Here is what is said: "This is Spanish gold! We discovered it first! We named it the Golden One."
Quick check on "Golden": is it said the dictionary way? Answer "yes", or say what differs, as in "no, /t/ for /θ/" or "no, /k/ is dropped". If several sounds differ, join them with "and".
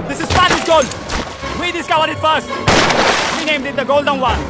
yes